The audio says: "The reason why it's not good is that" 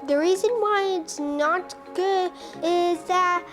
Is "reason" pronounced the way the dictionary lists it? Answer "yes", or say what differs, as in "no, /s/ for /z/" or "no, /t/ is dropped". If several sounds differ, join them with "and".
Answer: yes